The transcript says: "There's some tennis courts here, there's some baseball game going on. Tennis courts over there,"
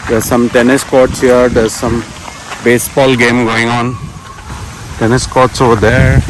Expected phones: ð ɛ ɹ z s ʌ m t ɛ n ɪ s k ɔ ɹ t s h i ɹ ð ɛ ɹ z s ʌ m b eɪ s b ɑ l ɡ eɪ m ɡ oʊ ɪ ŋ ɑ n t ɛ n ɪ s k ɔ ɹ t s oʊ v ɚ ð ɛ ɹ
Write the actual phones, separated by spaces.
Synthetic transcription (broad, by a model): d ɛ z s ʌ m t ɛ n ɪ s k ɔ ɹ t s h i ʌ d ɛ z s ʌ m b eɪ s b ɑ l ɡ eɪ m ɡ oʊ ɪ ŋ ɑ n t ɛ n ɪ s k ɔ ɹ t s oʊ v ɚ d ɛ ɹ